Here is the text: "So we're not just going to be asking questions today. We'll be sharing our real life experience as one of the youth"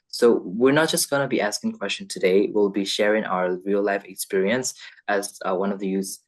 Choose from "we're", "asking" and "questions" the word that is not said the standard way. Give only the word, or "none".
questions